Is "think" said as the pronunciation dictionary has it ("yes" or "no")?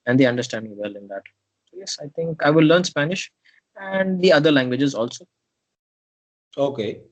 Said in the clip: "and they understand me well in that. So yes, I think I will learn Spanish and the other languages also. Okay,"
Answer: no